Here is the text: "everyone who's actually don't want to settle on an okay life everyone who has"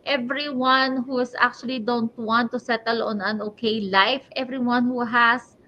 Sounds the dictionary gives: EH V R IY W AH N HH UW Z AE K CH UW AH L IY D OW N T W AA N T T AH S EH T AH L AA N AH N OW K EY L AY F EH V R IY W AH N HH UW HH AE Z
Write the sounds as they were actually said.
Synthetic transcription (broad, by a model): EH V R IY W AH N HH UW S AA K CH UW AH L IY D OW N T W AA N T T AH S EH T AH L AA N AH N OW K EY L AY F EH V R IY W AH N HH UW HH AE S